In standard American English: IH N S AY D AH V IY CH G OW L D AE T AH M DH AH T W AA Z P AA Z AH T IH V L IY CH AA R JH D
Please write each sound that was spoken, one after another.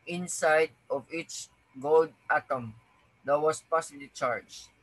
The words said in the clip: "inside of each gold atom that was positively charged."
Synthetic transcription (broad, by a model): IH N S AY D AH V IY CH G OW L D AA T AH M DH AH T W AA S P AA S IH L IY CH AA R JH